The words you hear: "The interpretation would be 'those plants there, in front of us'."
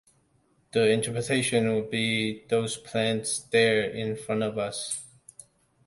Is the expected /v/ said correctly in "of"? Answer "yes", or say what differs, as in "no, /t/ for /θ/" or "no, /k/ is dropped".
yes